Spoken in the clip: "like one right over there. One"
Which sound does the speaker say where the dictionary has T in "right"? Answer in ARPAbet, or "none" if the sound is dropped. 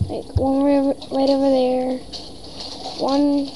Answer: T